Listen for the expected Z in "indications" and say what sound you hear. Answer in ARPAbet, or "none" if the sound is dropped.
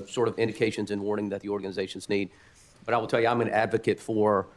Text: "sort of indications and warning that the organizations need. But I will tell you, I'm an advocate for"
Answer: Z